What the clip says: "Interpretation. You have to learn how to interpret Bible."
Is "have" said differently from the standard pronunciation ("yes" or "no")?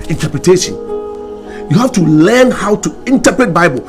yes